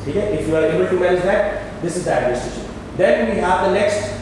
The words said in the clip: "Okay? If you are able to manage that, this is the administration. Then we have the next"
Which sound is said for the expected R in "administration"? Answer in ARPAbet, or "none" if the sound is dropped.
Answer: none